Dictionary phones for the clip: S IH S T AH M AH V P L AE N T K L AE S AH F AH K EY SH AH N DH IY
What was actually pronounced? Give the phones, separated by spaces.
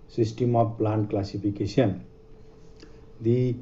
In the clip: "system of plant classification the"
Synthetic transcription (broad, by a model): S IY S T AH M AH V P L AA N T K L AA S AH P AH K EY S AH N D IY